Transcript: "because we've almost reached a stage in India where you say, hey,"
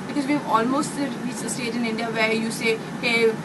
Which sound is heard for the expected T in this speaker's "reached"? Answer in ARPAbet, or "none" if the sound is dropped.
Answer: none